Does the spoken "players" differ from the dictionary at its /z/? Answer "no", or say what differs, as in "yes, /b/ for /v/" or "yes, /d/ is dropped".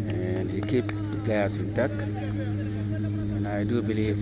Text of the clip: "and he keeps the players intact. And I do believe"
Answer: yes, /s/ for /z/